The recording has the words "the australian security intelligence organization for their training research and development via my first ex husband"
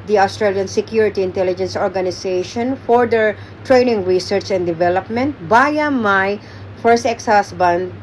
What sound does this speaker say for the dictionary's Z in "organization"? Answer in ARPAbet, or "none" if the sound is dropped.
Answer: S